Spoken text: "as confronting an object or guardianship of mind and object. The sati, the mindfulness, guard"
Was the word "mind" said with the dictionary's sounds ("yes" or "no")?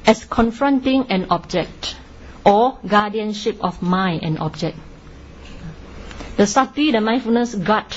no